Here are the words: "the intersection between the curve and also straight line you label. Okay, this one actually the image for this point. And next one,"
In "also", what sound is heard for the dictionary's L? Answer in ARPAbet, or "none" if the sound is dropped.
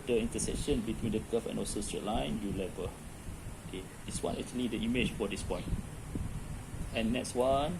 none